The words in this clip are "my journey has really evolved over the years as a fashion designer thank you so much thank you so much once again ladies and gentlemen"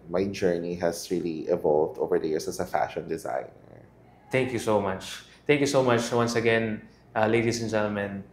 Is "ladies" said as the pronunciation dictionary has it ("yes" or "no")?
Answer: no